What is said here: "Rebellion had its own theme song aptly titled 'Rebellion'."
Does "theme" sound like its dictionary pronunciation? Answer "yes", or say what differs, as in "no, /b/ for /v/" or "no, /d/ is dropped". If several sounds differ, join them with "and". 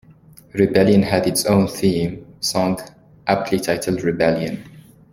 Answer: yes